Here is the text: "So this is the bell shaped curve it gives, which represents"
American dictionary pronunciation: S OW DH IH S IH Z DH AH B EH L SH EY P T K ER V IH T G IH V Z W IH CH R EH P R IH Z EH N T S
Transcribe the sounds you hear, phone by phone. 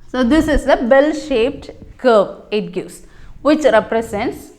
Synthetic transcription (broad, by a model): S OW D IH S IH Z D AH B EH L SH EY P T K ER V IH T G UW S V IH CH R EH P R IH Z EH N T S